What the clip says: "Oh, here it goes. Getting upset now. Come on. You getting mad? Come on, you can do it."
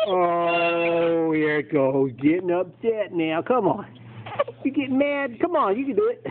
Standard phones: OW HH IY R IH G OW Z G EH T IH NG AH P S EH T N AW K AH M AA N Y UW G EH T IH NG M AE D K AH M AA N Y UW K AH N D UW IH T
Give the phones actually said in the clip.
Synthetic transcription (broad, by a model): OW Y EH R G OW G EH T IH NG AH P S EH T N AW K AH M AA N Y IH G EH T M AE D K AH M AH N Y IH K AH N D UW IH T